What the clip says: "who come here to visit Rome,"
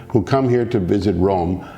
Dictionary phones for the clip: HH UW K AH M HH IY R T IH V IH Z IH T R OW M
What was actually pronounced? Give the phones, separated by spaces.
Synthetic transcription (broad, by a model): HH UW K AH M HH IY R T IH V IH Z IH T R OW M